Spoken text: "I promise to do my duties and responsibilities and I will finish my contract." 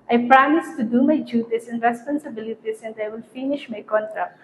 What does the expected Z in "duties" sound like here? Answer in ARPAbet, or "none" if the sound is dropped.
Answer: S